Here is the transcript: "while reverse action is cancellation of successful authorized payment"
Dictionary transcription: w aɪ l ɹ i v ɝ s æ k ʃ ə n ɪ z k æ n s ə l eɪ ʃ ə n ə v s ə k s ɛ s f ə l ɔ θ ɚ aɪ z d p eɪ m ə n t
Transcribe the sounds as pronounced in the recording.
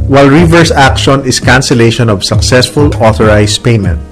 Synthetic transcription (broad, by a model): w aɪ l ɹ i v ɝ s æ k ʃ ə n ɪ s k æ n s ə l eɪ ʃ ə n ə v s ə k s ɛ s f ə l ɔ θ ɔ aɪ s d p eɪ m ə n t